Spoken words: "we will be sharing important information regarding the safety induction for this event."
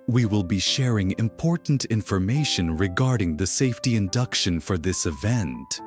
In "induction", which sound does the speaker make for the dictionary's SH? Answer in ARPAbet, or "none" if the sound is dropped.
SH